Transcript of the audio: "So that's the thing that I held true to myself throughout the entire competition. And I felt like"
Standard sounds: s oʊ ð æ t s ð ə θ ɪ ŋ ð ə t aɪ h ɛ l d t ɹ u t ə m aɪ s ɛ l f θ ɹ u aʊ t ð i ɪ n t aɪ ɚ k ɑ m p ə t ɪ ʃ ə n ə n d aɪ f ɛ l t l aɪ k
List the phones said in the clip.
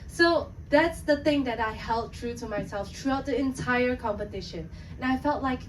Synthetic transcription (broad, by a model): s oʊ ð æ t s ð ə θ ɪ ŋ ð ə t aɪ h ɛ l d t ɹ u t ə m aɪ s ɛ l f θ ɹ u aʊ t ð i ɪ n t aɪ ɚ k ɑ m p ə t ɪ ʃ ə n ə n aɪ f ɛ l t l aɪ k